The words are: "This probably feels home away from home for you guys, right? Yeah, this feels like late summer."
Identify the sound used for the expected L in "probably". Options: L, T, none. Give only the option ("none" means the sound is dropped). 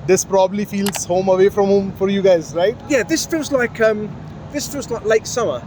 L